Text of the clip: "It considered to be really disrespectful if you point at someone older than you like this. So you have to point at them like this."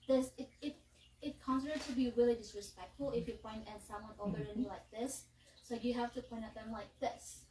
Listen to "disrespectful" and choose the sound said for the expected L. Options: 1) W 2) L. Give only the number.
2